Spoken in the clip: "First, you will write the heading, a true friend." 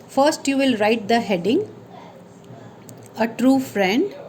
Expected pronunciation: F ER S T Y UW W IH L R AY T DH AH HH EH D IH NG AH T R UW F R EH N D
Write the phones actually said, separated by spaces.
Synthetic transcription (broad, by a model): F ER S T Y UW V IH L R AY T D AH HH EH D IH NG AH T R UW F R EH N D